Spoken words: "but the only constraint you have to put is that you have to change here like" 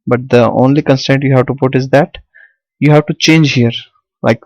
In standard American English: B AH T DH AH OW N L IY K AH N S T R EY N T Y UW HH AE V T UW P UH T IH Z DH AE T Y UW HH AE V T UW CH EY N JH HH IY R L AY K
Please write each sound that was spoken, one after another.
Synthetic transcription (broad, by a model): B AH T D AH OW N L IY K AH N S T EY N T Y UW HH AE V T UW P UH T IH Z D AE T Y UW HH AE V T UW CH EY N JH HH IY R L AY K